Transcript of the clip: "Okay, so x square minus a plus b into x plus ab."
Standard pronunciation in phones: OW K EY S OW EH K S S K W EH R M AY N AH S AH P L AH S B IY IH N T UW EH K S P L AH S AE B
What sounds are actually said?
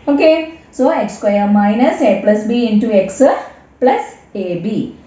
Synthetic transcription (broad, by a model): OW K EY S OW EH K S S K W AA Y M AY N AH S AH P L AH S B IY IH N T UW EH K S P L AH S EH B